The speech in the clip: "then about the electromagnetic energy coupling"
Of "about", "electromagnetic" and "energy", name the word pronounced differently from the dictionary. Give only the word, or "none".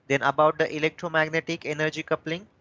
none